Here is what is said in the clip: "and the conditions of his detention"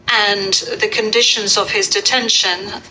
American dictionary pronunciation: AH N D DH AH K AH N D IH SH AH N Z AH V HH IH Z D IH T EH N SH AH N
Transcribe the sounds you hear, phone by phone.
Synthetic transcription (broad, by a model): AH N DH AH K AH N D IH SH AH N Z AH V IH Z D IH T EH N SH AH N